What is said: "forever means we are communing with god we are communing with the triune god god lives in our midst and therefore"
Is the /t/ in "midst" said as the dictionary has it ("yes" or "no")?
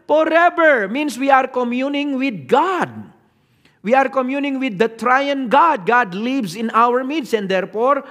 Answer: no